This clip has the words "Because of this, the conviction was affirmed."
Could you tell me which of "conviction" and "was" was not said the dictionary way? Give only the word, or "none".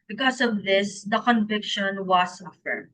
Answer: was